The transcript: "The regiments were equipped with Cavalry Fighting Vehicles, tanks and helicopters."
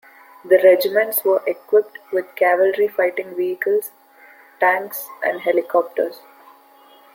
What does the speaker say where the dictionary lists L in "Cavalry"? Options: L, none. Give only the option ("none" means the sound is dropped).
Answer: L